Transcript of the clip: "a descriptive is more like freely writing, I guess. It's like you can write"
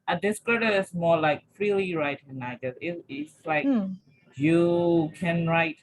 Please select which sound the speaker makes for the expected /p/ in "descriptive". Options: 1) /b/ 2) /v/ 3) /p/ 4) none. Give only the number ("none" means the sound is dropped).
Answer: 4